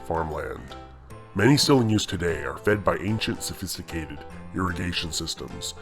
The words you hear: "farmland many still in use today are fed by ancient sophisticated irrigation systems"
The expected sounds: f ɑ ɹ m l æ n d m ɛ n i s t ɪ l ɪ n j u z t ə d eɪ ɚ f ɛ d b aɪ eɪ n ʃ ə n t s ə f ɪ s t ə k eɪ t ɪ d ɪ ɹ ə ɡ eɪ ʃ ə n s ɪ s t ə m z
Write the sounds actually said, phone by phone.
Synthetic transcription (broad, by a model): f ɑ ɹ m l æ n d m ɛ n i s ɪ l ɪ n j u z t ə d eɪ ɚ f ɛ d b aɪ eɪ n ʃ ə n t s ə f ɪ s t ə k eɪ t ɪ d ɪ ɹ ə ɡ eɪ ʃ ə n s ɪ s t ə m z